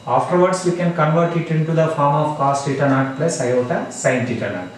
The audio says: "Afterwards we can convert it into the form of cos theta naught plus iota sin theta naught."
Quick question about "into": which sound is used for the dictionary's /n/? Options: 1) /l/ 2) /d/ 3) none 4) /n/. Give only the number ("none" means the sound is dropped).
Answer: 4